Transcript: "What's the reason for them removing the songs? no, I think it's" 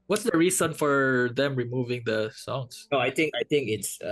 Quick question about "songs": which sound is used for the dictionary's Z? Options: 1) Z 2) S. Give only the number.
2